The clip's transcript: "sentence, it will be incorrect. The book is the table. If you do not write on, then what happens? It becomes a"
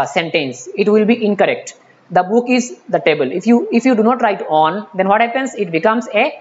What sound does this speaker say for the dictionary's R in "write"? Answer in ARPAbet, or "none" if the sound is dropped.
R